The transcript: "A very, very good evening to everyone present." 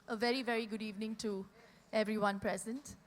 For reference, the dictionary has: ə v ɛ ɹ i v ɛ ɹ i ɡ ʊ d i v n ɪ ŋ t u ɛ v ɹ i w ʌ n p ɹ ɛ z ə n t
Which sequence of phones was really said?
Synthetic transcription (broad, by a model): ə v ɛ ɹ i v ɛ ɹ i ɡ ʊ d i v n ɪ ŋ t u ɛ v ɹ i w ʌ n p ɹ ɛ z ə n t